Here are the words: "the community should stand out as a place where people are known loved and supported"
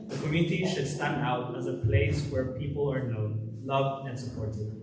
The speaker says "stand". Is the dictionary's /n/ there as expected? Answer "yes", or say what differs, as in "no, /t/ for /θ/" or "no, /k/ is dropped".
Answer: yes